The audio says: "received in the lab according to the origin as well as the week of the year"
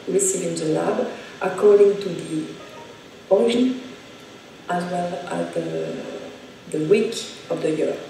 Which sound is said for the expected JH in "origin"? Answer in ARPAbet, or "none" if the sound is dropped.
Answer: none